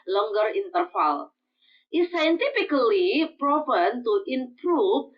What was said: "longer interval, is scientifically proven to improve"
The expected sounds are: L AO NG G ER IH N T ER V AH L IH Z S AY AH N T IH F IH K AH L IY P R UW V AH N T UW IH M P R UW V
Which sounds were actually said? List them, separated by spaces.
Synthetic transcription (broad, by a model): L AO NG G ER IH N T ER F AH L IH S AY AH N T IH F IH K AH L IY P R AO P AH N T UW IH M P R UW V